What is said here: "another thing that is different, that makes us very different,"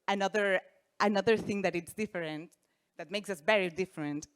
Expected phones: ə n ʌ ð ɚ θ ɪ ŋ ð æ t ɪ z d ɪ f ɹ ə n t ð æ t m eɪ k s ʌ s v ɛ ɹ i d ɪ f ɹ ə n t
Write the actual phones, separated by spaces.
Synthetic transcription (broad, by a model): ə n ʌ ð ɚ θ ɪ ŋ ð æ t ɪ s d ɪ f ɹ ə n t ð æ t m eɪ k s ʌ s v ɛ ɹ i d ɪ f ɹ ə n t